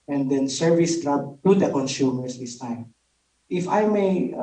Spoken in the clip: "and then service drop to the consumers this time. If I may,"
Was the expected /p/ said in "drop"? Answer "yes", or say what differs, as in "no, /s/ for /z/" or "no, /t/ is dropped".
no, /b/ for /p/